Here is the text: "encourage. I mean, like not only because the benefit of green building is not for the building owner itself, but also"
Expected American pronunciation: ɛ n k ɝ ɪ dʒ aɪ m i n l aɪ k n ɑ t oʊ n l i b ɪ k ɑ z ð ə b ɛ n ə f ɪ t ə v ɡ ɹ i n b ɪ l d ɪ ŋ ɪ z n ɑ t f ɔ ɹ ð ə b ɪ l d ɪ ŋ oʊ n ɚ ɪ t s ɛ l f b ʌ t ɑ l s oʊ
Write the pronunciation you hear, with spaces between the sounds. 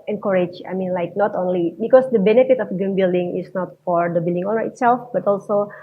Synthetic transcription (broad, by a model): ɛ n k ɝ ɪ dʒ aɪ m i n l aɪ k n ɑ t oʊ n l i b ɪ k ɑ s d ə b ɛ n ə f ɪ t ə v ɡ i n b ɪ l d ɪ ŋ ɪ s n ɑ t f ɔ ɹ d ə b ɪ l d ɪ ŋ oʊ n ɚ ɪ t s ɛ l f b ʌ t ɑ l s oʊ